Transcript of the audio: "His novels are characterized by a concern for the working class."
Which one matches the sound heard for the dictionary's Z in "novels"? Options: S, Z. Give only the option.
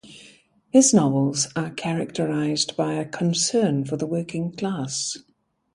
Z